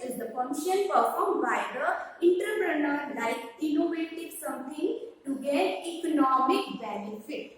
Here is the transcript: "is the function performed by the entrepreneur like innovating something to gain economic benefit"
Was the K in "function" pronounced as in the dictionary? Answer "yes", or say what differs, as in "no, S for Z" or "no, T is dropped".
no, K is dropped